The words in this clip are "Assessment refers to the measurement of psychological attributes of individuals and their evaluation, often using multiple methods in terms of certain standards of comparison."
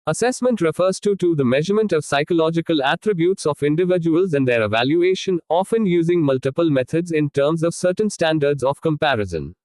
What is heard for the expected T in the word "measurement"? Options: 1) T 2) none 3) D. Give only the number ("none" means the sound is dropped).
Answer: 1